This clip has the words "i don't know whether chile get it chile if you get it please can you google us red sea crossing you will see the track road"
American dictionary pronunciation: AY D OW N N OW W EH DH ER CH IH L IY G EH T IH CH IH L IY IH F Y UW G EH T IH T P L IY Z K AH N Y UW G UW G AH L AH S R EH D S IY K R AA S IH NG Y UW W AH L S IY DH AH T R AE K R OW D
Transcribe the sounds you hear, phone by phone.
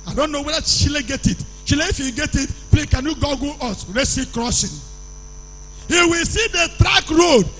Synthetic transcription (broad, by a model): AY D OW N N OW W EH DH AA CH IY L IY G EH T IH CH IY L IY IH F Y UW G EH T IH T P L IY K AH N Y UW G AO G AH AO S R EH S IY K R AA S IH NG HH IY W AH L S IY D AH T R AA K R OW D